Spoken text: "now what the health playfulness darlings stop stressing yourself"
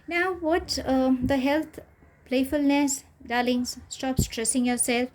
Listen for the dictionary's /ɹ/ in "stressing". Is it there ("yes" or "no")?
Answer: yes